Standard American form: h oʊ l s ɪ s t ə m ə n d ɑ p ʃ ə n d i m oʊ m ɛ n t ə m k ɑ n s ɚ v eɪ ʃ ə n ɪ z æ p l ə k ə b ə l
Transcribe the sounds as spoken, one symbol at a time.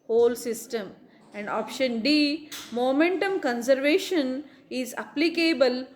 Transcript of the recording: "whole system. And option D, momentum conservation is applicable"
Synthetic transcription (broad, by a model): h oʊ l s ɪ s t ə m ə n d ɑ p ʃ ə n d i m oʊ m ɛ n t ə m k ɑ n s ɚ v eɪ ʃ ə n ɪ z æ p l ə k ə b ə l